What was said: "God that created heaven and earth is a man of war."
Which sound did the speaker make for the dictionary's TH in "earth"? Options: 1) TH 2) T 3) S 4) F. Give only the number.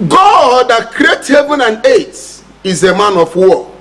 2